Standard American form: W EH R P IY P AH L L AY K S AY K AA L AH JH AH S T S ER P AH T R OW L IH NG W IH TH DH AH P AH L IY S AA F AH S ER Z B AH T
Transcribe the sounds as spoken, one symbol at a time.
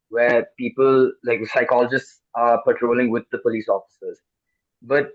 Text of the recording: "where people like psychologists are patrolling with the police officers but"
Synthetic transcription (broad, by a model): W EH P IY P AH L L AY K S AY K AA L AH JH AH S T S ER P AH T R OW L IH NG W IH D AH P AH L IY S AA F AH S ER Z B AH T